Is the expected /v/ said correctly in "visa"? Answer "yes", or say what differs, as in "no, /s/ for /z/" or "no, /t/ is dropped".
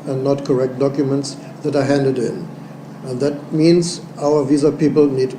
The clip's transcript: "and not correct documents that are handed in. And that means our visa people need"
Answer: yes